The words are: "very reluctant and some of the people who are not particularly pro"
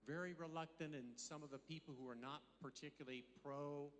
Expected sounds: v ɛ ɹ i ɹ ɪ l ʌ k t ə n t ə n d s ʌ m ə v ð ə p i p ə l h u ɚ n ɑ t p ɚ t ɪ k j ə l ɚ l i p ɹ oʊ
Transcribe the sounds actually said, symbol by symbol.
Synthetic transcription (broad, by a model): v ɛ ɹ i ɹ ɪ l ʌ k t ə n t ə n s ʌ m ə v ð ə p i p l h u ɚ n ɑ t p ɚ t ɪ k j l l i p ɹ oʊ